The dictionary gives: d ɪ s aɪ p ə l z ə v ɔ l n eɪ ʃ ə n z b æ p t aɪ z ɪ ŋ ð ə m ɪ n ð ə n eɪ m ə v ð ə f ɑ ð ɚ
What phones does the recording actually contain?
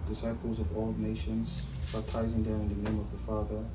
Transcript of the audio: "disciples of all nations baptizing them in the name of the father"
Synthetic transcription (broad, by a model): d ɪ s aɪ p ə l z ə v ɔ l n eɪ ʃ ə n z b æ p t aɪ z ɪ ŋ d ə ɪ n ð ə n eɪ m ə v ð ə f ɑ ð ɚ